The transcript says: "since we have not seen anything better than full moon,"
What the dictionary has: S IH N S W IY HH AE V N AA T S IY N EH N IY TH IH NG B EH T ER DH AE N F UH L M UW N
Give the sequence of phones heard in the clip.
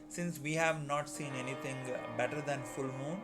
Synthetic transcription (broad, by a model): S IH N S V IY HH AE V N AA T S IY N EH N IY T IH NG B EH T ER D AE N F UH L M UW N